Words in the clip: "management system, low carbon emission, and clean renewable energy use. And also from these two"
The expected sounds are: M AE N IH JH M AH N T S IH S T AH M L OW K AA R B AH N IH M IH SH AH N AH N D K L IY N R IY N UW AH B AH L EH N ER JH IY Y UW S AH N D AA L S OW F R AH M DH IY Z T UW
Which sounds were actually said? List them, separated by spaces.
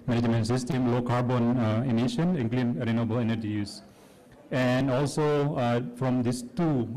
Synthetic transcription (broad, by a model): M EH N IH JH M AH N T S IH S T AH M L OW K AA R B AH N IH M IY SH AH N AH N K L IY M R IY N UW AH B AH L EH N ER JH IY Y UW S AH N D AA L S OW F R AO M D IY S T UW